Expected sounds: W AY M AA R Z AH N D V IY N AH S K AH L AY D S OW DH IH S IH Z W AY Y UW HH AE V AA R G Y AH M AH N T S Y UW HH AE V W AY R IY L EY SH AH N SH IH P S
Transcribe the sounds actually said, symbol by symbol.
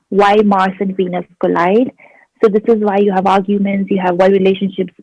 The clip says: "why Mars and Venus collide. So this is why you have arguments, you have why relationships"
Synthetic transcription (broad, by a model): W AY M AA R S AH N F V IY N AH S K AH L AY D S OW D IH S IH Z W AY Y UW HH AE V AA R G Y AH M AH N T S Y UW HH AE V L R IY L EY SH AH N SH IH P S